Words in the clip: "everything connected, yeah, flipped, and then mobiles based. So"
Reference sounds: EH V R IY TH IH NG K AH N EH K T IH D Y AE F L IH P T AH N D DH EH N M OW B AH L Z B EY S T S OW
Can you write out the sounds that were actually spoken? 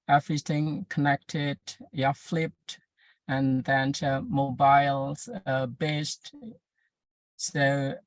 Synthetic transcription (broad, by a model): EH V R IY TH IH NG K AH N EH K T IH D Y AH F L IH P T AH N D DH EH N M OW B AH L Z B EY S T S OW